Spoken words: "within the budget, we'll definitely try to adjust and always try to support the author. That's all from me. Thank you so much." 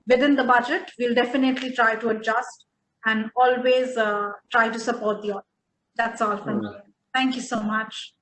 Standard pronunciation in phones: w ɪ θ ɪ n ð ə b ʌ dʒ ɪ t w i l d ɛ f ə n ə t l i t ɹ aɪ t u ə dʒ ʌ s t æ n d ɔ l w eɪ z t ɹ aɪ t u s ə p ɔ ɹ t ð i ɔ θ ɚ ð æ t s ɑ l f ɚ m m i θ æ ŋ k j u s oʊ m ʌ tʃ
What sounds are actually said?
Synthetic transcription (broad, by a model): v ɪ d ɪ n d ə b ʌ dʒ ɪ t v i l d ɛ f ə n ə t l i t ɹ aɪ t u ə dʒ ʌ s t æ n d ɔ l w eɪ z t ɹ aɪ t u s ə p ɔ ɹ t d i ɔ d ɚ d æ t s ɑ l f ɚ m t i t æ ŋ k j u s oʊ m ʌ tʃ